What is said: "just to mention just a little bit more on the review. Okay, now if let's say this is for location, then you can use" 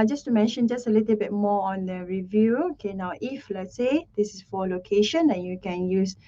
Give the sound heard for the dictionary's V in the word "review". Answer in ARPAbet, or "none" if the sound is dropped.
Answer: V